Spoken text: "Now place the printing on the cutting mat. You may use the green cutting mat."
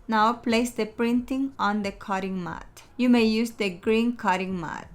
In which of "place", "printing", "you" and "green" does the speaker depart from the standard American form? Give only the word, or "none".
none